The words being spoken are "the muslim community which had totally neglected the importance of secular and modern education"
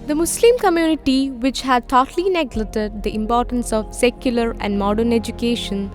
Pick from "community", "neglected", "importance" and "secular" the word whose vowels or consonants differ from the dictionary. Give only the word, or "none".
neglected